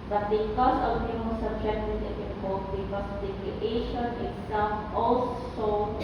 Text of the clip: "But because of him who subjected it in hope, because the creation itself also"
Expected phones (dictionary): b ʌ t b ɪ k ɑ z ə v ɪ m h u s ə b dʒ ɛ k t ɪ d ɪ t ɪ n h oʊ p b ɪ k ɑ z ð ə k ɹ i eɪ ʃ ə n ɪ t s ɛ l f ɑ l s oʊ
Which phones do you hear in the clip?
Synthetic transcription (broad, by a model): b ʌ t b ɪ k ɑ s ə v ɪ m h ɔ s ə b dʒ ɛ k t ɪ d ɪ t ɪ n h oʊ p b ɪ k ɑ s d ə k i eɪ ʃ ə n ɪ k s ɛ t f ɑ l s oʊ